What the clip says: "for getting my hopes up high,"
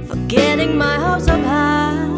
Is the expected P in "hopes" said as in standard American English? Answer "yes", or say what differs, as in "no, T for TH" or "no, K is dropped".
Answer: no, P is dropped